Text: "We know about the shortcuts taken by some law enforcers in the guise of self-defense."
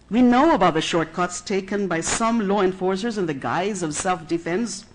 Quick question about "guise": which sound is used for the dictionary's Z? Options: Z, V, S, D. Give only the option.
Z